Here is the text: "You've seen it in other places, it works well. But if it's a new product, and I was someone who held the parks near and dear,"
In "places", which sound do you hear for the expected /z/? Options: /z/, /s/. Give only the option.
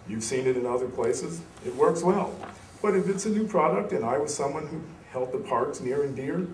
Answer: /z/